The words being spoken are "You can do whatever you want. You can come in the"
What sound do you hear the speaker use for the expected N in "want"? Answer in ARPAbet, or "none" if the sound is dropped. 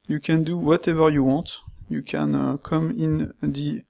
none